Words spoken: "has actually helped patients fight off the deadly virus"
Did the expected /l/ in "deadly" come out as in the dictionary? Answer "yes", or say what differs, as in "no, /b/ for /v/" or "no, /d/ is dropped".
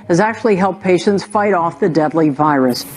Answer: yes